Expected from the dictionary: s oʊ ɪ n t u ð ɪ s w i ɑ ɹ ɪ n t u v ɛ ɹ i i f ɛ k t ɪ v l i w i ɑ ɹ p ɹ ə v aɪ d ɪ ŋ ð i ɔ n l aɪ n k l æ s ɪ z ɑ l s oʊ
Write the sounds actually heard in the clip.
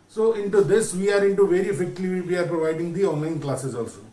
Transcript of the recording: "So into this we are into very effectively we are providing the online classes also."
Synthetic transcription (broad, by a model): s oʊ ɪ n t u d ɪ s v i ɑ ɹ ɪ n t u v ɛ ɹ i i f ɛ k t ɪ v i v i ɑ ɹ p ɹ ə v aɪ d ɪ ŋ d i ɔ n l aɪ n k l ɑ s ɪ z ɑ l s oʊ